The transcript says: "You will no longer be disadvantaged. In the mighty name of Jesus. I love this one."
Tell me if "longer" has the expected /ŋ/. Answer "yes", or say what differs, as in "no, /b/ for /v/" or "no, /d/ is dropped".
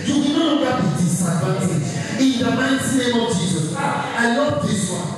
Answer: no, /ŋ/ is dropped